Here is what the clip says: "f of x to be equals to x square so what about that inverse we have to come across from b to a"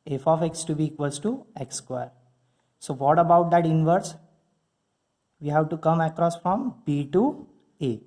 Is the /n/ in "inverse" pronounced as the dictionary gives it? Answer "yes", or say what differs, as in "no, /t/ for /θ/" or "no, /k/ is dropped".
yes